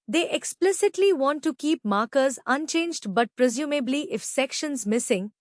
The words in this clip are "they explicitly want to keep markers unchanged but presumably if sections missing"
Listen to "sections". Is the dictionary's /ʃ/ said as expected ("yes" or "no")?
yes